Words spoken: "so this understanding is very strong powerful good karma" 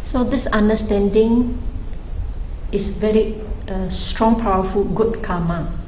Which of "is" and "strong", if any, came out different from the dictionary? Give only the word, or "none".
is